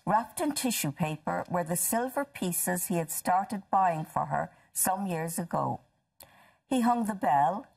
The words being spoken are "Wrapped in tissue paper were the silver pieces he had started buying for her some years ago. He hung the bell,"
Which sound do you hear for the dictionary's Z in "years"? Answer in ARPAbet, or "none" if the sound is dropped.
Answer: Z